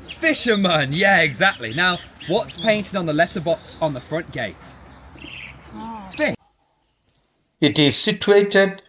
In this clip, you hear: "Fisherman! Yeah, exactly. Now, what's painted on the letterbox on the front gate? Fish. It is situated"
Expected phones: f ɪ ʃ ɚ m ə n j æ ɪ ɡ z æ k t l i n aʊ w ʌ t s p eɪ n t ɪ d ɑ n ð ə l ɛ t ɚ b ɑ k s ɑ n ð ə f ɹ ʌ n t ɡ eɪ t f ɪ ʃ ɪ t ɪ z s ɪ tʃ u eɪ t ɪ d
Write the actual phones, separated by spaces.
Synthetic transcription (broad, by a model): f ɪ ʃ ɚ m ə n j æ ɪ ɡ z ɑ k t l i n aʊ w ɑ t s p eɪ n t ɪ d n ð ə l ɛ t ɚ b ɑ k s n ð ə f ɹ ʌ n ɡ eɪ t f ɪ ɪ t ɪ z s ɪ tʃ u eɪ t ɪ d